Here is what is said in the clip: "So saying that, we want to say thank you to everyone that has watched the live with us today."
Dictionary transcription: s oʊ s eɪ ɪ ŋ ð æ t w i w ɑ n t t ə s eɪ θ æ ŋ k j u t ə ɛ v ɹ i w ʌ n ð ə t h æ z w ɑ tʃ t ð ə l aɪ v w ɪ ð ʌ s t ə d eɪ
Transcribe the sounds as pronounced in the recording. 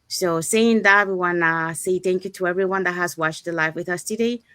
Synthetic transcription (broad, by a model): s oʊ s eɪ ɪ ŋ ð æ t w i w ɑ n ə s eɪ θ æ ŋ k j u t ə ɛ v ɹ i w ʌ n ð ə t h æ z w ɑ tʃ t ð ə l aɪ f w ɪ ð ʌ s t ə d eɪ